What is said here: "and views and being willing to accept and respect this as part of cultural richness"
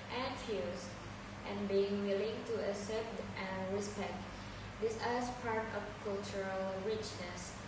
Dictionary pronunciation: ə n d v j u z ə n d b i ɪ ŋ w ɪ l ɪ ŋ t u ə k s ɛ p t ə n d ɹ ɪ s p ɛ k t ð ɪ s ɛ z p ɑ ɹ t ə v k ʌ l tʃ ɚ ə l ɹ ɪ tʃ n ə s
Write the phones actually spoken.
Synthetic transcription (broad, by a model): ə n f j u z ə n b i ɪ ŋ w ɪ l ɪ ŋ t u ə s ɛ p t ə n ɹ ɪ s p ɛ k t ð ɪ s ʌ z p ɑ ɹ t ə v k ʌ l tʃ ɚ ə l ɹ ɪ tʃ n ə s